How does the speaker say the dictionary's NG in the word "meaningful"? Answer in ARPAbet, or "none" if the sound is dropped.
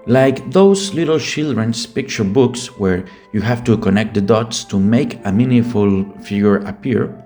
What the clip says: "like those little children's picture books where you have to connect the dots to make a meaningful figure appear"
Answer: none